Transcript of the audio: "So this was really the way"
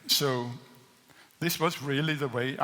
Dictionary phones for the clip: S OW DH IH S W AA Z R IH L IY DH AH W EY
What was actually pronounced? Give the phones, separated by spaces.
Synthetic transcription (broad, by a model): S OW DH IH S W AA Z R IH L IY DH AH W EY